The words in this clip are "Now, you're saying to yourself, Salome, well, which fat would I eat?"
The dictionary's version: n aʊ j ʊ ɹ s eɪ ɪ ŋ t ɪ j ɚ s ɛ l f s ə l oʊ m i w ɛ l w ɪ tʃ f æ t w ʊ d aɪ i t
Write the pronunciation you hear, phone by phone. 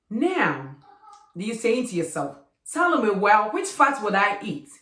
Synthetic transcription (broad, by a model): n aʊ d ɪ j s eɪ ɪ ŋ t ɪ j ɚ s ɛ l f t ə l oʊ m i w ɛ l w ɪ tʃ f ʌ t w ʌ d aɪ i t